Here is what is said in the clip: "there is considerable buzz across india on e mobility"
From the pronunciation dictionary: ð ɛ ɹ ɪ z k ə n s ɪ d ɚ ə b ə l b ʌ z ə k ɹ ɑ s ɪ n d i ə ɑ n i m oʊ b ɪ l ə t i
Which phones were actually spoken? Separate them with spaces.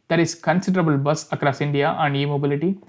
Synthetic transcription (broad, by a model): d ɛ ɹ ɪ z k ə n s ɪ d ɚ ə b ə l b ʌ s ə k ɹ ɑ s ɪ n d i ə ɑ n i m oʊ b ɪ l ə t i